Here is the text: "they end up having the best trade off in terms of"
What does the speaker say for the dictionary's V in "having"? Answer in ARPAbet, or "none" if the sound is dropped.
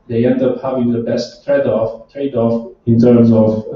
V